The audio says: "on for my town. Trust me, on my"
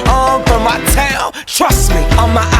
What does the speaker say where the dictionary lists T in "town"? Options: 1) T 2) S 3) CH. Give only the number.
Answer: 1